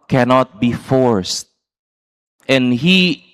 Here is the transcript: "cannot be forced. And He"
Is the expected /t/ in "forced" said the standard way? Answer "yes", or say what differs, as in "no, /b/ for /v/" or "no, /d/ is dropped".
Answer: yes